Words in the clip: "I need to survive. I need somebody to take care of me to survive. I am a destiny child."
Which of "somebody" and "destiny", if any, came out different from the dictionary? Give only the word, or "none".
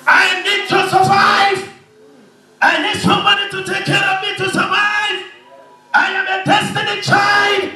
somebody